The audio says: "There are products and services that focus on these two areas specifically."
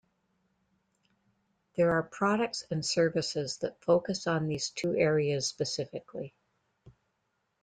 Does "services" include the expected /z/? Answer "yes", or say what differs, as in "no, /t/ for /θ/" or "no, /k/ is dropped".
yes